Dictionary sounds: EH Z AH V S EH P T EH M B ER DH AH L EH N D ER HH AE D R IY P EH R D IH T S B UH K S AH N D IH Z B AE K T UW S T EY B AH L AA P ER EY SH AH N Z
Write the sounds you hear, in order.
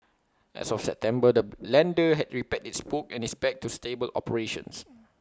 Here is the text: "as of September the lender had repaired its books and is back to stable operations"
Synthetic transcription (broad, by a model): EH S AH F S EH P T EH M B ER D AH L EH N D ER HH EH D R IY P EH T IH T S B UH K AH N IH S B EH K T UW S T EY B AH L AA P ER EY SH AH N S